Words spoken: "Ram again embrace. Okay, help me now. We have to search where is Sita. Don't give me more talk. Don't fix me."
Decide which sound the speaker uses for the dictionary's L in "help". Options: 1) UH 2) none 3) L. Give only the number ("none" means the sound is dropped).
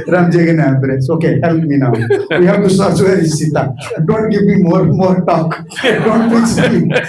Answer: 3